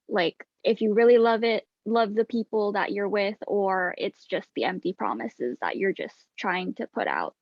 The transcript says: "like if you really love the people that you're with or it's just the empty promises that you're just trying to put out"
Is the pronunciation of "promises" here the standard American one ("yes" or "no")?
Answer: yes